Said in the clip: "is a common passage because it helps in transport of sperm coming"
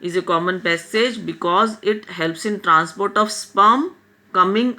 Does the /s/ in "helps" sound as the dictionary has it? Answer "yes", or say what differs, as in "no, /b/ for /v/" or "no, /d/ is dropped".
yes